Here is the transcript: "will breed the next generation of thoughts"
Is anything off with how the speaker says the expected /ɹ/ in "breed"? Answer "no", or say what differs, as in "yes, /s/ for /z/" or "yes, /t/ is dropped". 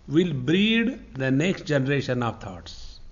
no